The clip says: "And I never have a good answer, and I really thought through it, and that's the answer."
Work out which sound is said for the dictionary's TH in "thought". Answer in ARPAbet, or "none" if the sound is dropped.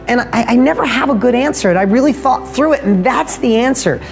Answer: TH